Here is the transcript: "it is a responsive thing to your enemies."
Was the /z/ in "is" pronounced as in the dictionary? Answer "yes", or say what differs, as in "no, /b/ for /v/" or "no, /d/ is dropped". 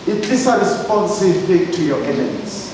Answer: no, /s/ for /z/